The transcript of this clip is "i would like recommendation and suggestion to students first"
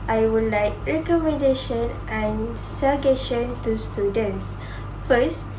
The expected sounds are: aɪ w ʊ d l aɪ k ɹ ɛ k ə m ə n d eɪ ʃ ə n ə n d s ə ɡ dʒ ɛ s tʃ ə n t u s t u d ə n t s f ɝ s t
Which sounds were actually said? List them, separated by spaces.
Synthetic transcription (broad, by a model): aɪ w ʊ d l aɪ k ɹ ɛ k ə m ə n d eɪ ʃ ə n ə n s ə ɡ ɛ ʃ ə n t u s t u d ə n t s f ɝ s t